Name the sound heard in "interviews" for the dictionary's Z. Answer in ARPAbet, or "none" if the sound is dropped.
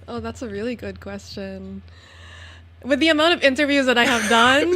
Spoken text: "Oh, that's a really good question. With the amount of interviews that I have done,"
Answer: Z